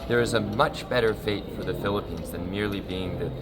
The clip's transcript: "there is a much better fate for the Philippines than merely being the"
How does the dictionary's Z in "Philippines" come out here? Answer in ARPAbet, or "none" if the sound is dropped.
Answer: Z